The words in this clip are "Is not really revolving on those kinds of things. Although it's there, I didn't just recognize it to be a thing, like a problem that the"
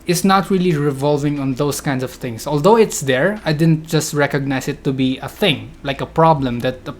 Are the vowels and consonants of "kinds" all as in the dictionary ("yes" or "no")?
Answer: no